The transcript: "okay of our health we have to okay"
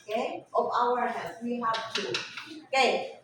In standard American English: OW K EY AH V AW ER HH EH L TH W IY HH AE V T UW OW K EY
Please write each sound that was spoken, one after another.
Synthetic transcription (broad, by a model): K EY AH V AW ER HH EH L S W IY HH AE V T UW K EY